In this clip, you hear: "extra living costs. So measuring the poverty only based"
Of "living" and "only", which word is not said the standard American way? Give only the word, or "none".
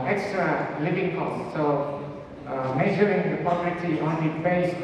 only